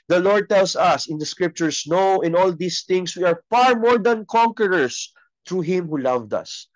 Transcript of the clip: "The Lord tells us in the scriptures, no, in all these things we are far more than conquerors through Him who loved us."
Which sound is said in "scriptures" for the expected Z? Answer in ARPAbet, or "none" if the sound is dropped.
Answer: S